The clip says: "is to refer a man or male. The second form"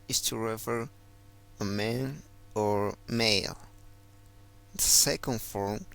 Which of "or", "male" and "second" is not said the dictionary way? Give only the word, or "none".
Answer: none